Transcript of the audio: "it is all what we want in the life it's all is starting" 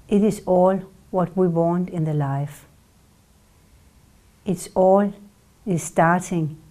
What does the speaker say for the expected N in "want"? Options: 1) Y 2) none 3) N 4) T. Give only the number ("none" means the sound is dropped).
3